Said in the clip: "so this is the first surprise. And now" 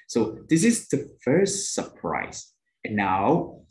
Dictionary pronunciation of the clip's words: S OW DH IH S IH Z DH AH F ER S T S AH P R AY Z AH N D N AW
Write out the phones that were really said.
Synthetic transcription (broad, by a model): S OW DH IH S IH Z DH AH F ER S T S AH P R AY Z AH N N AW